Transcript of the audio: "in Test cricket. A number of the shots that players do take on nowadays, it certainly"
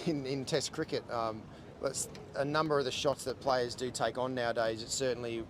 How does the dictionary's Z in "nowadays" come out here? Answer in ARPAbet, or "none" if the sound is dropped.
Z